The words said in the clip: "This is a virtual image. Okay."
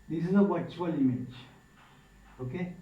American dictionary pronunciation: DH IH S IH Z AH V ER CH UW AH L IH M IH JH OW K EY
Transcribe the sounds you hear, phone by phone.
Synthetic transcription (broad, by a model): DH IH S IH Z AH W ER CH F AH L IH M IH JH OW K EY